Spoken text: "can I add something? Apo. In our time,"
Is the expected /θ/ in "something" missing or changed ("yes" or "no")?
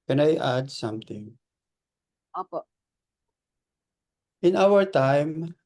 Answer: yes